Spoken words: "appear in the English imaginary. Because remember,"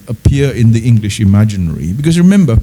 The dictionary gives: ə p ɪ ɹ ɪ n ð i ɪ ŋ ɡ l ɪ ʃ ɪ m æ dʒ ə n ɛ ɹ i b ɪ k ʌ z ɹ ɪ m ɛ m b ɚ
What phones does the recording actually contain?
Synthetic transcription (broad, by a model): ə p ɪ ɹ ɪ n ð i ɪ ŋ ɡ l ɪ ʃ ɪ m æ dʒ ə n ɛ ɹ i b ɪ k ʌ z ɹ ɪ m ɛ m b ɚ